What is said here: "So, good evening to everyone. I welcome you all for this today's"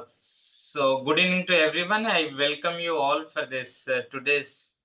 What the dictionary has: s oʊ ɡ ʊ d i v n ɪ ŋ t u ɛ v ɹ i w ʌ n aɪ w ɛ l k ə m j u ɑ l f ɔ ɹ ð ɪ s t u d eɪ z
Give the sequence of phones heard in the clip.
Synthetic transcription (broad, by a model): s oʊ ɡ ʊ d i n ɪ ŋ t u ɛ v ɹ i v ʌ n aɪ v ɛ l k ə m j u ɑ l f ɔ ɹ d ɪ s t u d eɪ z